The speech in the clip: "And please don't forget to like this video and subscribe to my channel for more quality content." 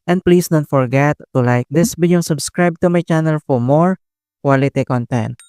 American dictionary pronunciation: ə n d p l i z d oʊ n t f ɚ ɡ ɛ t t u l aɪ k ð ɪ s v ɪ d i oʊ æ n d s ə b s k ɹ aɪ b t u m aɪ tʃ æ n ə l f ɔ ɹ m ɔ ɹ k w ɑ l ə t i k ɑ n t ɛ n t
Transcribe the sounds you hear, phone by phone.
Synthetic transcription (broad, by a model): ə n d p l i s d oʊ n t f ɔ ɡ ɛ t t u l aɪ k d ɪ s b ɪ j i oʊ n s ə b s k ɹ aɪ b t u m aɪ tʃ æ n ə l f ɔ ɹ m ɔ ɹ k w ɑ l ə t i k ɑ n t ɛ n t